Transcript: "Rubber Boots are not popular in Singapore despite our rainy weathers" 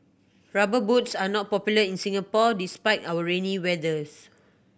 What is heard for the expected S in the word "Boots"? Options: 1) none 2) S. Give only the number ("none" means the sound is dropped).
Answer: 2